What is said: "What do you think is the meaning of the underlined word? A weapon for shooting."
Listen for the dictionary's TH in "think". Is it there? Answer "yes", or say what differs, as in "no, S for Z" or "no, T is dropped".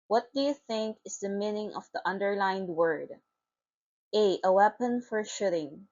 yes